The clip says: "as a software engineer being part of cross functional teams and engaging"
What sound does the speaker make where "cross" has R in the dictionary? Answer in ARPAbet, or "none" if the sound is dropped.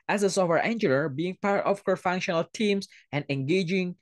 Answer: none